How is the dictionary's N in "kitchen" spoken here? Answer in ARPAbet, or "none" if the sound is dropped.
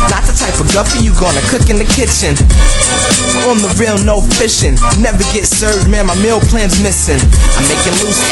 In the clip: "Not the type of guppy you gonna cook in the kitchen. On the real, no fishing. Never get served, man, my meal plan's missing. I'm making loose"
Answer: N